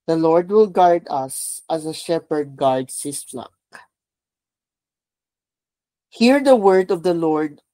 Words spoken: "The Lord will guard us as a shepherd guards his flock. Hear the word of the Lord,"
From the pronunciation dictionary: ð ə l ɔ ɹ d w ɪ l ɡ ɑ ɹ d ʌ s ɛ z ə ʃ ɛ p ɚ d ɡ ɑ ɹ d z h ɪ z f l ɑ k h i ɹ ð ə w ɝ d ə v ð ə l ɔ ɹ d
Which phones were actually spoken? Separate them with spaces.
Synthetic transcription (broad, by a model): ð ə l ɔ ɹ d w ɪ l ɡ ɑ ɹ d ʌ s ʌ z ə ʃ ɛ p ɚ d ɡ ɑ ɹ d s h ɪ s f l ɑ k h i ɹ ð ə w ɝ d ə v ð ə l ɔ ɹ d